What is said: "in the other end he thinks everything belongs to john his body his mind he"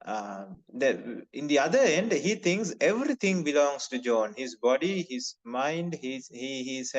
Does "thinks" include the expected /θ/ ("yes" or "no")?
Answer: no